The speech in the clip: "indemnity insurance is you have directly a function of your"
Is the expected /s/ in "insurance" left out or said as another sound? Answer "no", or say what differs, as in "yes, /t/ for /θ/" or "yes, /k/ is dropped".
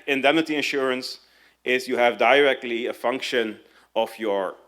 no